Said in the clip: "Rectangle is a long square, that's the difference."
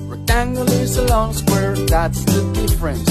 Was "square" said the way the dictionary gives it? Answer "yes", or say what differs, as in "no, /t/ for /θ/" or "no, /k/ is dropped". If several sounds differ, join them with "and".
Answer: no, /k/ is dropped